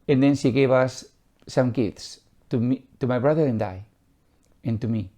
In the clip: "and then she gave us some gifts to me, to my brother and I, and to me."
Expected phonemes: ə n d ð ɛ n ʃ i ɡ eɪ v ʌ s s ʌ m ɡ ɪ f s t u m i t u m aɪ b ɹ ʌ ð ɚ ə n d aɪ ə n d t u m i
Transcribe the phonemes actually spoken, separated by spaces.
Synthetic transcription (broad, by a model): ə n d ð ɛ n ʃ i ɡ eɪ b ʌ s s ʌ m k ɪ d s t u m i t u m aɪ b ɹ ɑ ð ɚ ə n d aɪ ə n t u m i